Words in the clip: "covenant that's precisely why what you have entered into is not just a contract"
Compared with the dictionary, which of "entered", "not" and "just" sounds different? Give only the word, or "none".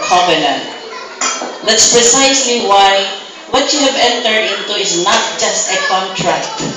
none